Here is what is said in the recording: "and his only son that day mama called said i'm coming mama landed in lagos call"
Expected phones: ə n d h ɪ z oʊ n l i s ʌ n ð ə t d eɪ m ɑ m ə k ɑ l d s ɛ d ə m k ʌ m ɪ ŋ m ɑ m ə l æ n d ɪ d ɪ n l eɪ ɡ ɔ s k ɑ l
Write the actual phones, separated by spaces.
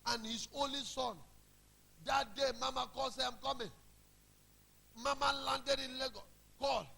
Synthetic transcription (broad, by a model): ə n h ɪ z oʊ n l i s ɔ n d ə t d eɪ m ɑ m ə k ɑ l s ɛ ə m k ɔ m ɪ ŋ m ɑ m ə l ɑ n d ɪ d ɪ n l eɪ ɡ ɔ k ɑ l